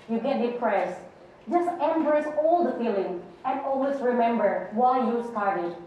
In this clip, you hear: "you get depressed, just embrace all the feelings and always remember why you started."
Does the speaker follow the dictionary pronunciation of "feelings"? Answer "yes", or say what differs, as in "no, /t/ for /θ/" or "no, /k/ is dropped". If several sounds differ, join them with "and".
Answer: no, /z/ is dropped